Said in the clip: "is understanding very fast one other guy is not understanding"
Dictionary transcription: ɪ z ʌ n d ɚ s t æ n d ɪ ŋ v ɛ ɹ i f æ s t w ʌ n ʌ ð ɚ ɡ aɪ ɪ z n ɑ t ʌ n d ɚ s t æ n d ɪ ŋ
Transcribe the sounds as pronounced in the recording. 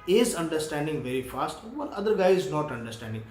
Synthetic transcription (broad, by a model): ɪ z ʌ n d ɚ s t æ n d ɪ ŋ v ɛ ɹ i f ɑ s t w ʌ l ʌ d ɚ ɡ aɪ ɪ z n ɑ t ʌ n d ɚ s t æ n d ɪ ŋ